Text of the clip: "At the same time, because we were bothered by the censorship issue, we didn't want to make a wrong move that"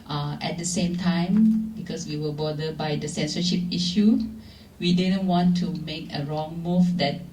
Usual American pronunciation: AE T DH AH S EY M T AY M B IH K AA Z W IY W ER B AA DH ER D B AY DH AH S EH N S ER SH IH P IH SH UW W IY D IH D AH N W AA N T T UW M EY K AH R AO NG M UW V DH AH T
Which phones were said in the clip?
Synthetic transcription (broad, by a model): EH T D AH S EY M T AY M B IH K AA S W IY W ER B AA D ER B AY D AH S EH N S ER SH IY P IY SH UW W IY D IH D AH N W AA N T T UW M EY K AH R AO NG M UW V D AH T